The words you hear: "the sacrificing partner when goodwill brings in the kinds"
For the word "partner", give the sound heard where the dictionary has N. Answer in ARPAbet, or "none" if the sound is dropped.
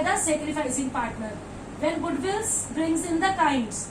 N